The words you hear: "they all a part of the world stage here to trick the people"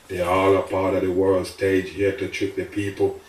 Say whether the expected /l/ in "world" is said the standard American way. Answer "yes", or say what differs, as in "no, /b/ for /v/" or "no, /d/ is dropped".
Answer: yes